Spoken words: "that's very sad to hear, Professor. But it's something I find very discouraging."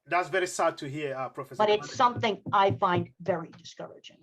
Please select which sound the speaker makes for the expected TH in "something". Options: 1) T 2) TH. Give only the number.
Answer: 2